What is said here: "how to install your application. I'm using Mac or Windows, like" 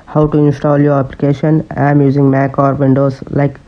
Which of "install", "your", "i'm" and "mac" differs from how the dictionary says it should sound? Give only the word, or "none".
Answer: none